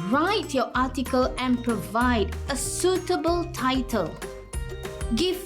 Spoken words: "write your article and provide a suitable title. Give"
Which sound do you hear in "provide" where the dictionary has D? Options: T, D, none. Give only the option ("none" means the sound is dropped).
D